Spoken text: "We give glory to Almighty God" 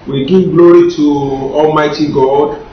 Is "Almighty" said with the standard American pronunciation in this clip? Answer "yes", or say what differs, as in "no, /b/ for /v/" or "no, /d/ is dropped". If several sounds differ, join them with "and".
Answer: yes